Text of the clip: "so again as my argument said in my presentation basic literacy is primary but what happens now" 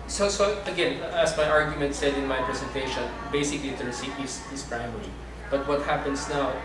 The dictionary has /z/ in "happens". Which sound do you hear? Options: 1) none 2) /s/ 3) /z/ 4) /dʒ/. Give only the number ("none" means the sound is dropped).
2